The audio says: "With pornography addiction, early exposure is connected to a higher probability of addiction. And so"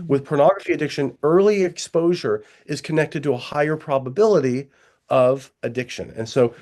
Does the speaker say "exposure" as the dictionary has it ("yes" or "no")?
yes